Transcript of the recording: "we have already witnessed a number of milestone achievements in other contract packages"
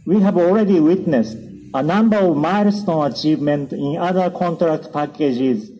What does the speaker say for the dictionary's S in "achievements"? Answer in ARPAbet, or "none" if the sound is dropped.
none